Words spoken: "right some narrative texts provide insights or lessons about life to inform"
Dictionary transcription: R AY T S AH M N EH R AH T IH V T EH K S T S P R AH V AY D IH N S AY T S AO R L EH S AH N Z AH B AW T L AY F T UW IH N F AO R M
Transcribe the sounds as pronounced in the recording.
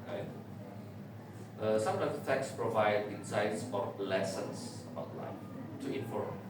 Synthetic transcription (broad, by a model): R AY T S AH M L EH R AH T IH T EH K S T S P R AH V AY D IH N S AY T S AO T L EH S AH N S AH B AW T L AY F T UW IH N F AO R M